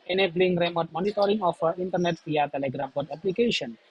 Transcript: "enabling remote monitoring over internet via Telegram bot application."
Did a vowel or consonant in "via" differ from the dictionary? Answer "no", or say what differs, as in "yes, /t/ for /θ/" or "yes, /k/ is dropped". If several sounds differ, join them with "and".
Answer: yes, /p/ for /v/